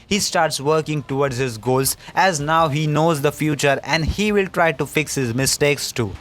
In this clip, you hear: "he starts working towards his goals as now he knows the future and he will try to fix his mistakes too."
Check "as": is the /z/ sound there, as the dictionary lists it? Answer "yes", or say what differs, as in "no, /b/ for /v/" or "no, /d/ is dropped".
yes